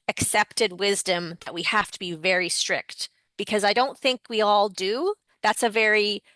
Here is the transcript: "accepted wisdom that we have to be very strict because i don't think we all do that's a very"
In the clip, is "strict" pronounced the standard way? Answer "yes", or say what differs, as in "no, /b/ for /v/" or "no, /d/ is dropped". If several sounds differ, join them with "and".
yes